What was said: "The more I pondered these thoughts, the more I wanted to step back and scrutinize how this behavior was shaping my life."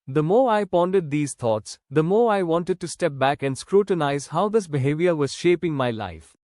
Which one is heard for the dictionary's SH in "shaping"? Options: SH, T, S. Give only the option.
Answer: SH